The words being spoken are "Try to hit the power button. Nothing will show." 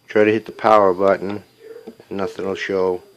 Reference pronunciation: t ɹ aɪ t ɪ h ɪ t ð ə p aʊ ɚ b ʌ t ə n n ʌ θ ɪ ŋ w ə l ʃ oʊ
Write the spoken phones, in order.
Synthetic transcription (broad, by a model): t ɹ aɪ t ɪ h ɪ t ð ə p aʊ ɚ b ʌ t n n ʌ θ ɪ ŋ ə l ʃ oʊ